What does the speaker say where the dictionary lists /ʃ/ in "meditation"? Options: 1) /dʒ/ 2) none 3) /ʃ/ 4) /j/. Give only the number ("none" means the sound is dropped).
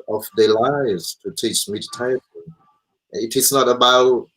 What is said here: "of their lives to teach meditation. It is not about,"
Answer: 2